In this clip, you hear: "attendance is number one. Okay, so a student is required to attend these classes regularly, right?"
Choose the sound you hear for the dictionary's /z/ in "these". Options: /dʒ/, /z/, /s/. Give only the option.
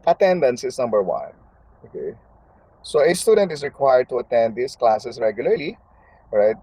/s/